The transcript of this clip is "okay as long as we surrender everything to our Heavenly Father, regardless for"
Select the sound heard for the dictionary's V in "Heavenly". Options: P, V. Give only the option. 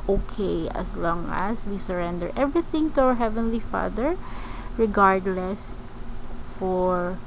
V